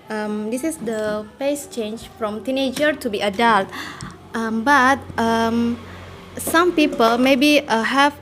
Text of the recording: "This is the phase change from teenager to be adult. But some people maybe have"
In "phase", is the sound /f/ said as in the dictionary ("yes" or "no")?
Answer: no